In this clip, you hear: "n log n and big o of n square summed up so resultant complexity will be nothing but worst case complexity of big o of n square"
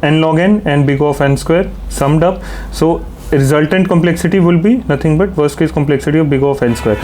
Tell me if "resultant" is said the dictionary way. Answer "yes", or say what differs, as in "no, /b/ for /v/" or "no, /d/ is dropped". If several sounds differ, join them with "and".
yes